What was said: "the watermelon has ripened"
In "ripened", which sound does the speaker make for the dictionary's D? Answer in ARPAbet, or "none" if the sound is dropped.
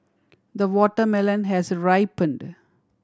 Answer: D